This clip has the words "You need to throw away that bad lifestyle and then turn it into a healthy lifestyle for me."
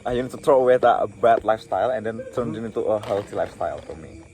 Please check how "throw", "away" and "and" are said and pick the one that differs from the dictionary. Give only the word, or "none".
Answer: throw